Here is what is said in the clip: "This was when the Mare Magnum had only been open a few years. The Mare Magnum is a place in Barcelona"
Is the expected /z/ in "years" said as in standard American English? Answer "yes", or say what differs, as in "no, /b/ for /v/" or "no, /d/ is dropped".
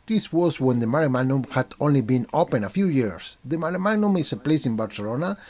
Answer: no, /s/ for /z/